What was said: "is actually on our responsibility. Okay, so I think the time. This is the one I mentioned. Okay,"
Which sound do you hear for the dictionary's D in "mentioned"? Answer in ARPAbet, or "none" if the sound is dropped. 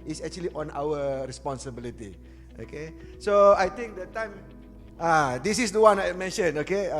none